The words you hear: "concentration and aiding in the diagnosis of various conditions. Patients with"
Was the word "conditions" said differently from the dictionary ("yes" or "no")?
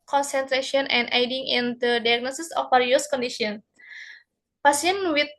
yes